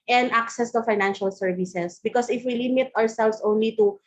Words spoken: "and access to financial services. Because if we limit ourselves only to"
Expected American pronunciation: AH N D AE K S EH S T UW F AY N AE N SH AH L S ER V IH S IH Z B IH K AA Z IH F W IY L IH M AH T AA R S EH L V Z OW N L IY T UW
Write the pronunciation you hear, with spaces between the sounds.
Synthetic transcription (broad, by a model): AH N D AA K S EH S T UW F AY N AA N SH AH L S ER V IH S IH S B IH K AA S IH F W IY L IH M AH T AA R S EH L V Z OW N L IY T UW